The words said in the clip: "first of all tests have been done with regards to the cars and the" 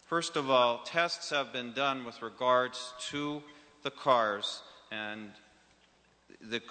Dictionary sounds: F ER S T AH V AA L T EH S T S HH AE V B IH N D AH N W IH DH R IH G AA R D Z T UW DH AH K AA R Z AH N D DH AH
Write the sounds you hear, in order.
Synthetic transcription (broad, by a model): F ER S T AH V AA L T EH S T S HH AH V B IH N D AH N W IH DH R IH G AA R D Z T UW DH AH K AA R Z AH N DH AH